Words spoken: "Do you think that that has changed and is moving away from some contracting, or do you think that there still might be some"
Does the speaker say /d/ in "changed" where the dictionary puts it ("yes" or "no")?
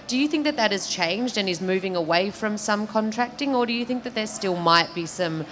yes